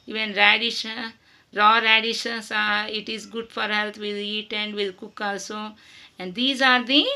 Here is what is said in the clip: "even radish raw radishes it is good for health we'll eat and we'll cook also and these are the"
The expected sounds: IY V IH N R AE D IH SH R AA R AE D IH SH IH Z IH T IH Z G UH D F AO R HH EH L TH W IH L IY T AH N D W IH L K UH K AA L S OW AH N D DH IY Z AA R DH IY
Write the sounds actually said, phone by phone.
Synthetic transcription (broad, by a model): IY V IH N R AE D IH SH R AA R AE D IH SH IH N IH T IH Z G UH D F AO R HH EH L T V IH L IY T AH N D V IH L K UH K AA L S OW AH N D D IY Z AA R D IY